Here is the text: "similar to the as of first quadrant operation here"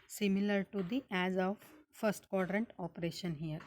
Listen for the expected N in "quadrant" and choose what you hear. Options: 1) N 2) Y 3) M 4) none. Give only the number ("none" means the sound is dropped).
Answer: 1